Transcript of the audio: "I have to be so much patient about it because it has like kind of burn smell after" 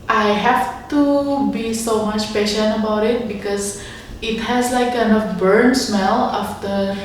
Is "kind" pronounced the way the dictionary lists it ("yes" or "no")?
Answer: no